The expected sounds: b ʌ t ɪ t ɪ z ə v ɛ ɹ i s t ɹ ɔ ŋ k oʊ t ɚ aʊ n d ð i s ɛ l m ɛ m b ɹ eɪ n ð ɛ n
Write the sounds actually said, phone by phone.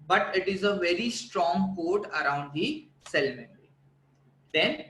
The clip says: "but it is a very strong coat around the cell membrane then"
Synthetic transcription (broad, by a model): b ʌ t ɪ t ɪ z ə v ɛ ɹ i s t ɹ ɔ ŋ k oʊ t ɚ aʊ n d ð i s ɛ l m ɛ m ɹ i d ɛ n